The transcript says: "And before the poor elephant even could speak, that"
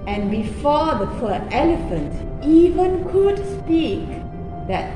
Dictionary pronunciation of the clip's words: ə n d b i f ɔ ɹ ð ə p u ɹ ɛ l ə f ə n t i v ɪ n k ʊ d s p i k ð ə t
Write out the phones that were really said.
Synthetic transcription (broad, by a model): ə n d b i f ɔ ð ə f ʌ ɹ ɛ l ə f ə n t i v ɪ n k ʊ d s p i k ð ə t